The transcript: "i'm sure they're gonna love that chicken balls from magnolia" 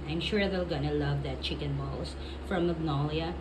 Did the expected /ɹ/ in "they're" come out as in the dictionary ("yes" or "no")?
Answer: no